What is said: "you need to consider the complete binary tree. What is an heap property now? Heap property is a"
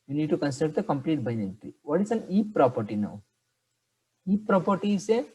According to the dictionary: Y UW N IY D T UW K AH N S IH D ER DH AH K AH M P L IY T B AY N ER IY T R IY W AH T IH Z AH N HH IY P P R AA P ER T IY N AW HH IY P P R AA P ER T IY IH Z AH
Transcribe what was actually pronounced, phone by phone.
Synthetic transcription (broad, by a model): Y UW N IY D T UW K AH N S IH D ER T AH K AH M P L IY T B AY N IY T IY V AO T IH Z AH N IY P P R AA P ER T IY N AW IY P P R AA P ER T IY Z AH